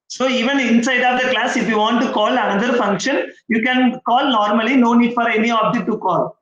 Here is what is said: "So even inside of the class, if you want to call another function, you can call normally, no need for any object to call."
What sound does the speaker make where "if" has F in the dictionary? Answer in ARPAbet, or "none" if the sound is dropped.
F